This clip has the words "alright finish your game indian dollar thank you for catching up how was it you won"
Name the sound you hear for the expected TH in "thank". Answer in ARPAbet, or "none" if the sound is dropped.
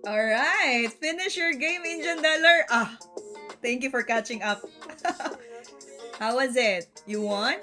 T